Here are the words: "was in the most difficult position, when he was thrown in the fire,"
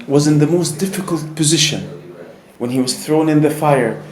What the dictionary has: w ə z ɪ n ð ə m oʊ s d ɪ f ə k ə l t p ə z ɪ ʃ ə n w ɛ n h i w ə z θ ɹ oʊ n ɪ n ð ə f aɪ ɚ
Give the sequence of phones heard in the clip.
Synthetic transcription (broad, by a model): w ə z ɪ n ð ə m oʊ s d ɪ f ə k ə l t p ə z ɪ ʃ ə n w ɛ n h i w ə z θ ɹ oʊ n ɪ n ð ə f aɪ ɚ